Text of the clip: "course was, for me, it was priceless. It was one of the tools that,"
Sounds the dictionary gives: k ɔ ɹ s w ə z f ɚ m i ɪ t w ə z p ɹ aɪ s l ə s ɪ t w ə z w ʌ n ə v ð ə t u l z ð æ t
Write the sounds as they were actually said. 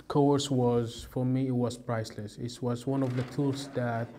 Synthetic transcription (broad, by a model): k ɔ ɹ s w ə z f ɚ m i ɪ t w ə z p ɹ aɪ s l ə s ɪ t w ə z w ʌ n ə v ð ə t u l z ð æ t